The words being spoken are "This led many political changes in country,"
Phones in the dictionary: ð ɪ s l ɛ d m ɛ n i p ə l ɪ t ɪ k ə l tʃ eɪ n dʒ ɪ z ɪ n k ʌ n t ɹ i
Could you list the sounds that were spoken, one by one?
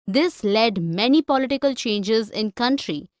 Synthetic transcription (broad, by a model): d ɪ s l ɛ d m ɛ n i p ə l ɪ t ɪ k ə l tʃ eɪ n dʒ ɪ z ɪ n k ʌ n t ɹ i